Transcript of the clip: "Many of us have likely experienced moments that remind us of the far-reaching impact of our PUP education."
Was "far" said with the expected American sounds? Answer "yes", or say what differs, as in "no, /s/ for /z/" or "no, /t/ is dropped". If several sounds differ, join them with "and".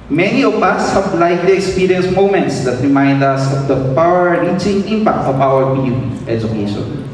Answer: no, /p/ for /f/